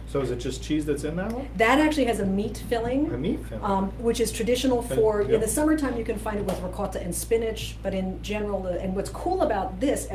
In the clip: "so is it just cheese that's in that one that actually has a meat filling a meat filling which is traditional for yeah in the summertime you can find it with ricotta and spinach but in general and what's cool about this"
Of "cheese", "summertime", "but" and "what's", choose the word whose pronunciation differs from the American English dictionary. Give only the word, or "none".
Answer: none